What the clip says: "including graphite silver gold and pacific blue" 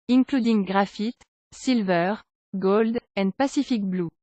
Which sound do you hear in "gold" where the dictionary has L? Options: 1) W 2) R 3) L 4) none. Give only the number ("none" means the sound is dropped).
3